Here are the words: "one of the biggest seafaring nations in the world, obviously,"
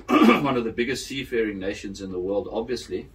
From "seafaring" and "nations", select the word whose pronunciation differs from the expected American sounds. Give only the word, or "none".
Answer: none